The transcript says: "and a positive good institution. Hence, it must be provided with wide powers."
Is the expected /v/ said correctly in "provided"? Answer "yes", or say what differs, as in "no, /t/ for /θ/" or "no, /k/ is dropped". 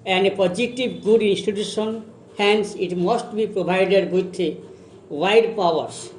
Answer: no, /b/ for /v/